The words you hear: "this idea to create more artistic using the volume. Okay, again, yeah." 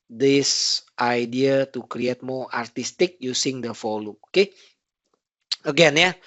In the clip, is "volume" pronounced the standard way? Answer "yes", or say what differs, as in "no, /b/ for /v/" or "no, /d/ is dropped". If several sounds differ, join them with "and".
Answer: no, /f/ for /v/